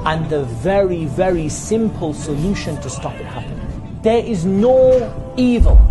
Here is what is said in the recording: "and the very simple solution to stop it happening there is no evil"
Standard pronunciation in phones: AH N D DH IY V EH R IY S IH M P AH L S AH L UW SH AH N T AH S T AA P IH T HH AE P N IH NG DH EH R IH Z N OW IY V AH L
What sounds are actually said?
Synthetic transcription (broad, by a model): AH N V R IY V EH R IY S IH M P AH L S AH L UW SH AH N T AH S T AA P IH T HH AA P IH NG DH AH R IH Z N OW IY V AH L